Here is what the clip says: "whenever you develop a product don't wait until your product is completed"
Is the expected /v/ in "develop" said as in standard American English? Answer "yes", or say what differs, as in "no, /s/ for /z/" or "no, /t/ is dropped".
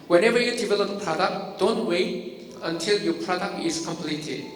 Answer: no, /b/ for /v/